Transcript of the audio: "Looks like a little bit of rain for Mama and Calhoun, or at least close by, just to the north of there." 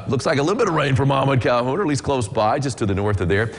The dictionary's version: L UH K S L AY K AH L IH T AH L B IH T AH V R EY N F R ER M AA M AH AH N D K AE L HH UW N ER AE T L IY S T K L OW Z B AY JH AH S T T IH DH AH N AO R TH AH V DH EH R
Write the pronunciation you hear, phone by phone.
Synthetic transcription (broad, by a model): L UH K S L AY K AH L IH T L B IH T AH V R EY N F R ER M AA M AH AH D K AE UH HH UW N ER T L IY S K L OW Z B AY JH AH S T T IH DH AH N AO R TH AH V DH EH R